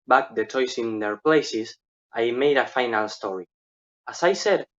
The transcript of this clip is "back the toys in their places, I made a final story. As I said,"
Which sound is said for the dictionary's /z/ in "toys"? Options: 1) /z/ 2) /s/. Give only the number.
2